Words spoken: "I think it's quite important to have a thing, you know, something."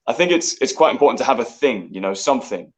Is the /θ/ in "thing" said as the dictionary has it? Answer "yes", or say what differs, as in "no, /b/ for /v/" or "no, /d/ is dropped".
yes